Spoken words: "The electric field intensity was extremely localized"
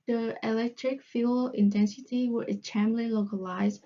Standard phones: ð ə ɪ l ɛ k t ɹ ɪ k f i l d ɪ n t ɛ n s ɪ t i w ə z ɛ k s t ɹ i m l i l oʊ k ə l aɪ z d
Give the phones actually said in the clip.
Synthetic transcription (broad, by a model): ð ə ɪ l ɛ k t ɹ ɪ k f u l ɪ n t ɛ n s ɪ t i w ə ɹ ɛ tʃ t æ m l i l oʊ k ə l aɪ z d